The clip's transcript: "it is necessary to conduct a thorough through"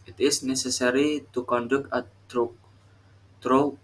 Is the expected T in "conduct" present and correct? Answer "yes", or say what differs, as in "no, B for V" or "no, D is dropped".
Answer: no, T is dropped